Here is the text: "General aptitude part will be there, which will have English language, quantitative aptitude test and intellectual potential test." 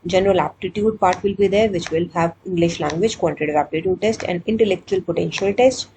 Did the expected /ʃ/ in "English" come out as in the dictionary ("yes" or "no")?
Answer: yes